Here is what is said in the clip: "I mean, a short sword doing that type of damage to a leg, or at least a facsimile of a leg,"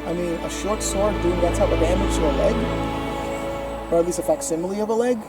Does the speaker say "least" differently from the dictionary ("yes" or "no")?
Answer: yes